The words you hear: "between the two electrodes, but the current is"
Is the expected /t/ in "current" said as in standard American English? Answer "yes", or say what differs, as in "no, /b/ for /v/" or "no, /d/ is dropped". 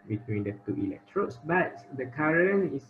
no, /t/ is dropped